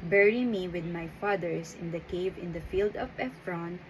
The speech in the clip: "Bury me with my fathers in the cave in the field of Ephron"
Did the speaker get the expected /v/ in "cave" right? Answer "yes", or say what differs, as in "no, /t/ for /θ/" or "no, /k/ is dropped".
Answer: yes